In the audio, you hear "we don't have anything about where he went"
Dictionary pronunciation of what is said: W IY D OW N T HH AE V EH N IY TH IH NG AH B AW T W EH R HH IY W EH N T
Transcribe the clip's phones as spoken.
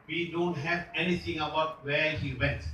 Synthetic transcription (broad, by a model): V IY D OW N T HH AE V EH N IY T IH NG AH B AW T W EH R HH IY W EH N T